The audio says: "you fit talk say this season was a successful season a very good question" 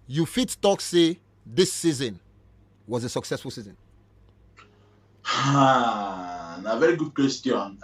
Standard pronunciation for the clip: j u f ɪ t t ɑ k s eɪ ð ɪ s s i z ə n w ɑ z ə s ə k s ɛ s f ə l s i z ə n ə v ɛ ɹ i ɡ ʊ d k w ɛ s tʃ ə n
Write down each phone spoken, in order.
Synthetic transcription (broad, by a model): j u f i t t ɑ k s eɪ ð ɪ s s i z ə n w ɑ z ə s ə k s ɛ s f ə l s i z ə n ə v ɛ ɹ i ɡ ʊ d k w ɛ s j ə n